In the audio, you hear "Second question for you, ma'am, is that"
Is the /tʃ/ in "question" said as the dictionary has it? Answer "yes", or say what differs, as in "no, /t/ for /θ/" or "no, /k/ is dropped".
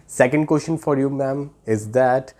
no, /ʃ/ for /tʃ/